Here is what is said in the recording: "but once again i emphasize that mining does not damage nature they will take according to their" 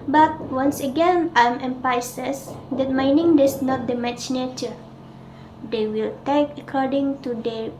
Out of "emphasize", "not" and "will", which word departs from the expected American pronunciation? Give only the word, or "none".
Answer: emphasize